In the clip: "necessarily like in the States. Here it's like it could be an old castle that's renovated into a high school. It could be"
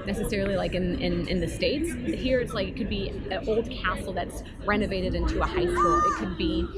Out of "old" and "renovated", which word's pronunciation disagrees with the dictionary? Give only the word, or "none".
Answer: none